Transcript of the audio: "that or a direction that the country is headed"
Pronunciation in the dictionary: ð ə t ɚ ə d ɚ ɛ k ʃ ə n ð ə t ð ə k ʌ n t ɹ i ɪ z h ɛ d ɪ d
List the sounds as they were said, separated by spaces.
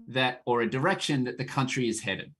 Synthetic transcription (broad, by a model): ð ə t ɚ ə d ɚ ɛ k ʃ ə n ð ə t ð ə k ʌ n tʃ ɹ i ɪ z h ɛ d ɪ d